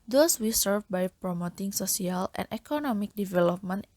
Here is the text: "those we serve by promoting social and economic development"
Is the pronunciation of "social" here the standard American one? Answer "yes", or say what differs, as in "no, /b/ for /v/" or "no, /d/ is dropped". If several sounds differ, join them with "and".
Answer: no, /s/ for /ʃ/